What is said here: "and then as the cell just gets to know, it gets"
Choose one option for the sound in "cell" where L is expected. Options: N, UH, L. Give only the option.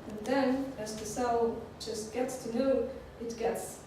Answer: N